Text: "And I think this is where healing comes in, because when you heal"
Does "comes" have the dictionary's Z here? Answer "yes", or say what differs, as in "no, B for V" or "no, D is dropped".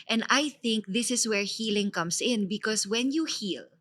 no, S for Z